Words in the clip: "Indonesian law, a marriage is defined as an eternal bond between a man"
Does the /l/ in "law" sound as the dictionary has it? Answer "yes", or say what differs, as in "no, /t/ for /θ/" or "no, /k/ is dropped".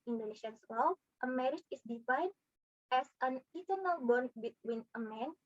no, /w/ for /l/